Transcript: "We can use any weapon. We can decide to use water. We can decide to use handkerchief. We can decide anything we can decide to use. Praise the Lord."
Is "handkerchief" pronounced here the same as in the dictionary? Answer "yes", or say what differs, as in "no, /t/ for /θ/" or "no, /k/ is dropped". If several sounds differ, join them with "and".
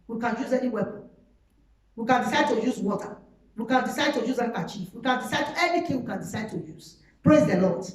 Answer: no, /ŋ/ is dropped